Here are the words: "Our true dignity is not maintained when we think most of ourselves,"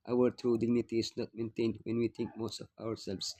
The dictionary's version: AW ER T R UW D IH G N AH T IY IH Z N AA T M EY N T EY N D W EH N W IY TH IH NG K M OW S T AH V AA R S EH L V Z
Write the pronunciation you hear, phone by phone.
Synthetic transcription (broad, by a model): AW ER T R UW D IH G N AH T IY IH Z N AA T M EY N T EY N D W EH N W IY T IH NG K M OW S T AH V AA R S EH L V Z